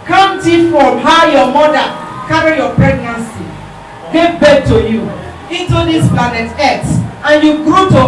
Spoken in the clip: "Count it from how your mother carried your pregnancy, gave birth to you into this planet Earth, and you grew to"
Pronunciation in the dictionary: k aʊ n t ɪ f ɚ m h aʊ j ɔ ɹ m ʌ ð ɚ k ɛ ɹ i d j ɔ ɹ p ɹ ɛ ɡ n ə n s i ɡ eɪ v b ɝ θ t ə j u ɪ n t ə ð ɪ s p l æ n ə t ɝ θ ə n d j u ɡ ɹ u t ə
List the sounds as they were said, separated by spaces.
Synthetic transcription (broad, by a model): k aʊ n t ɪ f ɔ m h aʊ j ɔ m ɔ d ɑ k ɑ ɹ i j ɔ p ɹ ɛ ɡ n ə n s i ɡ eɪ v b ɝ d t ə j u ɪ t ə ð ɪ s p l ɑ n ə t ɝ t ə n j u ɡ ɹ u t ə